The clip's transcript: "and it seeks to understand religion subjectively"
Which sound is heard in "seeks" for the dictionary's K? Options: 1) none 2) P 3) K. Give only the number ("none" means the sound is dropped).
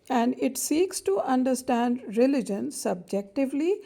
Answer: 3